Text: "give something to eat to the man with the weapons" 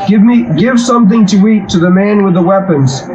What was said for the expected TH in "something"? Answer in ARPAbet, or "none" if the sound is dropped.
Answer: TH